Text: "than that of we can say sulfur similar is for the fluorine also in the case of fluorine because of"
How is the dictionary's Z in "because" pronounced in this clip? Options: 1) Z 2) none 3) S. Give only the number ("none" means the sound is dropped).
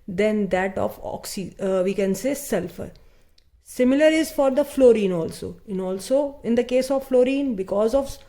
1